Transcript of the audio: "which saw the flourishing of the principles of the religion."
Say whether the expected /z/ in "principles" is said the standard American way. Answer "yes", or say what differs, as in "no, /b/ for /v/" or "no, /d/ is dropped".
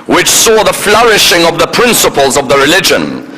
yes